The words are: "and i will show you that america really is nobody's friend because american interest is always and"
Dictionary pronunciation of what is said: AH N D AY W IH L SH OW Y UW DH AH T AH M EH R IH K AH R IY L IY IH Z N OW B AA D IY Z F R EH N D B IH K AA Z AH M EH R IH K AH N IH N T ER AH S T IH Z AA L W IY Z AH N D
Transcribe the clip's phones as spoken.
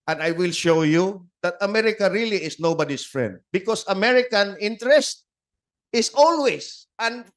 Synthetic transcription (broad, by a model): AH N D AY W IH L SH OW Y UW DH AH T AH M EH R IH K AH R IY L IY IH S N OW B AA D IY S F R EH N D B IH K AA S AH M EH R IH K AH N IH N T ER AH S T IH S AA L W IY S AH N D